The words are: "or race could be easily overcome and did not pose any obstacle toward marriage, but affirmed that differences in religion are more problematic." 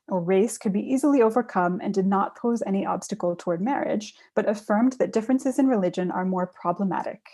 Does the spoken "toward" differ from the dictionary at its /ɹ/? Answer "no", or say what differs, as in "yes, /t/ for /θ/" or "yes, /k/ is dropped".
no